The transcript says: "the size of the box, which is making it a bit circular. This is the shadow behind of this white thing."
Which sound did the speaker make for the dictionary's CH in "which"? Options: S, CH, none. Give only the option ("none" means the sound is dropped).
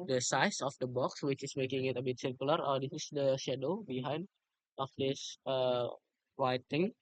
CH